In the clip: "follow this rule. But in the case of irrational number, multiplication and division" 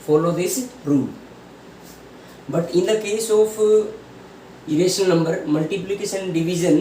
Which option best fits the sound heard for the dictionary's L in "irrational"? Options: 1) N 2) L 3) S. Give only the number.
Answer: 1